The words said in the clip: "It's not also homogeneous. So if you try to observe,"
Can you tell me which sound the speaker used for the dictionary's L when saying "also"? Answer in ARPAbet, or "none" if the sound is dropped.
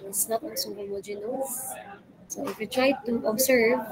N